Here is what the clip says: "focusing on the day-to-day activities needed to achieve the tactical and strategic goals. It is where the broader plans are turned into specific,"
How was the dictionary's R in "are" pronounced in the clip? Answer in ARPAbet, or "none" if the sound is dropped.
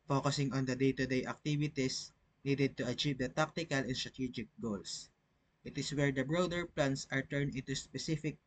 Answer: R